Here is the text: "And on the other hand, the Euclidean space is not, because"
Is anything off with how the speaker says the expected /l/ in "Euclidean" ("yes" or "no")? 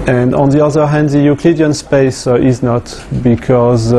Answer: no